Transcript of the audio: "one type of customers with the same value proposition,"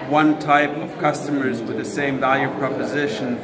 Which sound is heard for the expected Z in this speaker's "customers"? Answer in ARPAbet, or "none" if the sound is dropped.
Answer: Z